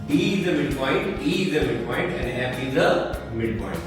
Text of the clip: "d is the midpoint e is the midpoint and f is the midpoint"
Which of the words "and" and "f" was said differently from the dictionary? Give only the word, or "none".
f